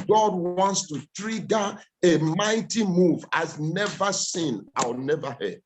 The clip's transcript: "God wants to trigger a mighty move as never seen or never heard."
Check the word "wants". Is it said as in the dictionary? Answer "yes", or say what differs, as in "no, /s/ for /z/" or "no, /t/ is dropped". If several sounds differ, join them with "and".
yes